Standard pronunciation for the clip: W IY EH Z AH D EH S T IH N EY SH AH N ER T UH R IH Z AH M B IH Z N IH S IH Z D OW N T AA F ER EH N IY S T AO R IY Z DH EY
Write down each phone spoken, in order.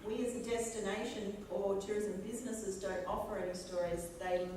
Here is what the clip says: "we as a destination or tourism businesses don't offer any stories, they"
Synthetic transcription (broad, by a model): W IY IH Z AH D EH S T IH N EY SH AH N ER T UH R IH Z AH M B IH Z N IH S IH Z D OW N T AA P ER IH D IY S T AO R IY Z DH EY